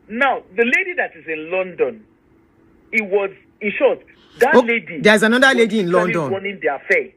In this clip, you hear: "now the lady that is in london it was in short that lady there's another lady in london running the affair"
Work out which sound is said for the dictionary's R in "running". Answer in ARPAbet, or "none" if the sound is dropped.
W